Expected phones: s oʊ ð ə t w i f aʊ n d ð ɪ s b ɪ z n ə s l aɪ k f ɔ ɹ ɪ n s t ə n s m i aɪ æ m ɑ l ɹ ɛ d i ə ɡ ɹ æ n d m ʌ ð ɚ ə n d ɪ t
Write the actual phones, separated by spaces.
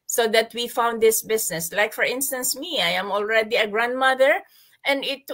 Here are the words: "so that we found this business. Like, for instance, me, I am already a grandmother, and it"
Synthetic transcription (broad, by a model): s oʊ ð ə t w i f aʊ n d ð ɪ s b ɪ s n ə s l aɪ k f ɔ ɹ ɪ n s t ə n s m i aɪ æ m ɑ l ɹ ɛ d i ə ɡ ɹ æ n d m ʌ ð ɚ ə n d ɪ t